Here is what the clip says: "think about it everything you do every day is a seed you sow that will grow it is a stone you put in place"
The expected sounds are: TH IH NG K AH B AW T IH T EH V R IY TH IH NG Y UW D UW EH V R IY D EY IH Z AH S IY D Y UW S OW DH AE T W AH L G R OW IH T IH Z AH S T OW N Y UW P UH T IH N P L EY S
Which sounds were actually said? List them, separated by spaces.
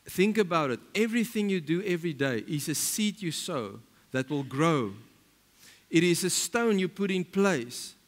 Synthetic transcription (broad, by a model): TH IH NG K AH B AW T IH T EH V R IY TH IH NG Y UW D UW EH V R IY D EY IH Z AH S IY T Y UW S OW DH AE T W AH L G R OW IH T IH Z AH S T OW N Y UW P UH T IH N P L EY S